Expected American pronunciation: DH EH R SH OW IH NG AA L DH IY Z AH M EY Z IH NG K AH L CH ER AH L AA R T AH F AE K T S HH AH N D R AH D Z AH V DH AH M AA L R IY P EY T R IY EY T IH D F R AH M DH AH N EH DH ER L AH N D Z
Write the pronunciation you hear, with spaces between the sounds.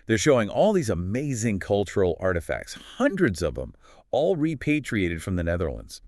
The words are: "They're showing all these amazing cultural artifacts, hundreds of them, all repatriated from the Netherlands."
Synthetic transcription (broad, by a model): DH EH R SH OW IH NG AA L DH IY Z AH M EY Z IH NG K AH L CH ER L AA R T AH F AE K T S HH AH N D R AH D Z AH V DH AH M AA L R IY P EY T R IY EY T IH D F R AH M DH AH N EH DH ER L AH N D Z